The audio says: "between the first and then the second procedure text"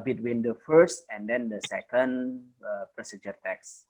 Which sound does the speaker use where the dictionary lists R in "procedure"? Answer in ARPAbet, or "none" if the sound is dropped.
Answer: R